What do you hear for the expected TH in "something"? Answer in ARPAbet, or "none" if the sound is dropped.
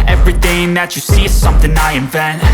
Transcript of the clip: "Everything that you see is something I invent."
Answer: TH